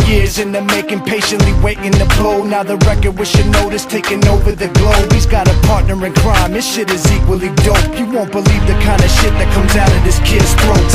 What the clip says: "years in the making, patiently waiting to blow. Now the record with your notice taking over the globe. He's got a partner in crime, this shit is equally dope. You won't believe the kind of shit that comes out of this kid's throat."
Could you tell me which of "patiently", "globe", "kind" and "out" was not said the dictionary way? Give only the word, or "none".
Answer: none